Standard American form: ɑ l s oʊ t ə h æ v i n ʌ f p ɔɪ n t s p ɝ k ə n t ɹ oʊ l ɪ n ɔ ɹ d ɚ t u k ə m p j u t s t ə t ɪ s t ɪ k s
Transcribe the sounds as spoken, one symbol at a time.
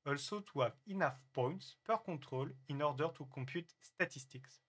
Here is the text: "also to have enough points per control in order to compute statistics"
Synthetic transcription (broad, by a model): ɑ l s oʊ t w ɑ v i n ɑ f p ɔɪ n t s p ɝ k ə t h oʊ l ɪ n ɔ ɹ d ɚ t u k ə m p j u t s t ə t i s t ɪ k s